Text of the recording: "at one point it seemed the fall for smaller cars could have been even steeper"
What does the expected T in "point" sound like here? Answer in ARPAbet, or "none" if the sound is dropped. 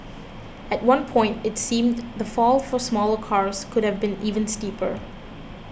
T